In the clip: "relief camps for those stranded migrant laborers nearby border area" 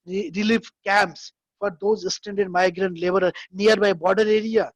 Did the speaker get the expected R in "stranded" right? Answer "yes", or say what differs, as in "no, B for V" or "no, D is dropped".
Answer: no, R is dropped